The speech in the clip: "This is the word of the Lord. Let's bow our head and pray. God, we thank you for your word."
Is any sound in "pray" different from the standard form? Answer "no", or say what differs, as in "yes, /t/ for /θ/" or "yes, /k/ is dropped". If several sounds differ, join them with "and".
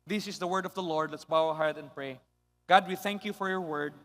no